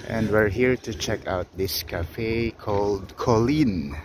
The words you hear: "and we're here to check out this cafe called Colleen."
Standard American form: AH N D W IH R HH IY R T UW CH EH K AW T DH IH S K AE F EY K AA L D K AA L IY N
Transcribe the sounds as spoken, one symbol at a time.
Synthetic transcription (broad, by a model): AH N D W IH R HH IY R T UW CH EH K AW T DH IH S K AE F EY K AA L D K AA L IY N